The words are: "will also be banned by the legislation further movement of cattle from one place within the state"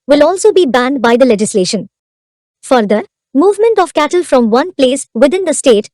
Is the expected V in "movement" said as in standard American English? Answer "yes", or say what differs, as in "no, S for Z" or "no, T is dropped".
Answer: yes